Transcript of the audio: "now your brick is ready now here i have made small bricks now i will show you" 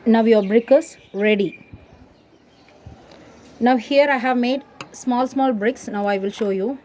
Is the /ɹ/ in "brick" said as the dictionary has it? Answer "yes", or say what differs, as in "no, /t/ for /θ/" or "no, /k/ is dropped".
yes